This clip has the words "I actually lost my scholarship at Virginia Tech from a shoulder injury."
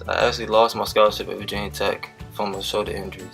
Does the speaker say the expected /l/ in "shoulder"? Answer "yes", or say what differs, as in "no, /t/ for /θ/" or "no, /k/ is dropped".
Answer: no, /l/ is dropped